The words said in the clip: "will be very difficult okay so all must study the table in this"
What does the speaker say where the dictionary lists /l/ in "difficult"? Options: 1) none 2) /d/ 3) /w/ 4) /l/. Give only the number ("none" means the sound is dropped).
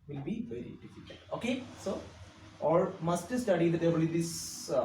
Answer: 1